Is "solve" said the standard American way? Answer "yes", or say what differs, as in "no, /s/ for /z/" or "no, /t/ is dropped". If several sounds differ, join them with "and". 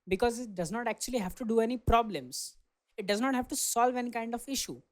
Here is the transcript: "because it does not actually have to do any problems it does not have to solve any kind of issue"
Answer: yes